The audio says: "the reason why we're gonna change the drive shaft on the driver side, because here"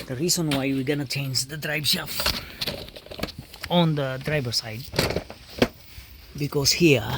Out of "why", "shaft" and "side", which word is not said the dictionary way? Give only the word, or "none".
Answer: shaft